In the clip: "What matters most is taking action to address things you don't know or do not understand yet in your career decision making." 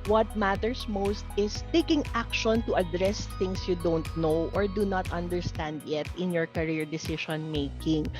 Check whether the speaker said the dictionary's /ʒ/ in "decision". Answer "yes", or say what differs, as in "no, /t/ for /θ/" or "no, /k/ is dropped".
no, /ʃ/ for /ʒ/